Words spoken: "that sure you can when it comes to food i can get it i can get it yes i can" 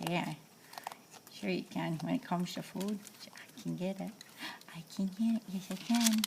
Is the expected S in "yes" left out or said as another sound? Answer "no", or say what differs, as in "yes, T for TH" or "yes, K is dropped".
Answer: no